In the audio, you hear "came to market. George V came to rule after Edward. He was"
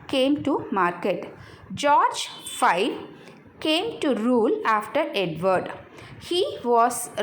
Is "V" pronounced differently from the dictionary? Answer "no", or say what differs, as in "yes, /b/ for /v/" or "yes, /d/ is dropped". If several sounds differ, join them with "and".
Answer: yes, /f/ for /v/